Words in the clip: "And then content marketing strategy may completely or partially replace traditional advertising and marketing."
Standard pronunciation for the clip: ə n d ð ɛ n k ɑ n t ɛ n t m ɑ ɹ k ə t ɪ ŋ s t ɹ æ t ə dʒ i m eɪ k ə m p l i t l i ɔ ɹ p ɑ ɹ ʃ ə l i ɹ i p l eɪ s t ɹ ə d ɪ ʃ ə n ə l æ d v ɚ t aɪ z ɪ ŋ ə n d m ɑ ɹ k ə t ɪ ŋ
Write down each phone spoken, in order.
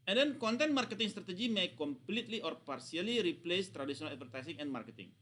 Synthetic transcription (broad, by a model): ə n d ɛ n k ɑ n t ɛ n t m ɑ ɹ k ə t ɪ ŋ s t ɹ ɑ t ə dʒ i m eɪ k ə m p l i t l i ɔ ɹ p ɑ ɹ s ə l i ɹ i p l eɪ s t ɹ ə d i s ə n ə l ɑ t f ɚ t aɪ s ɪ ŋ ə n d m ɑ ɹ k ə t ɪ ŋ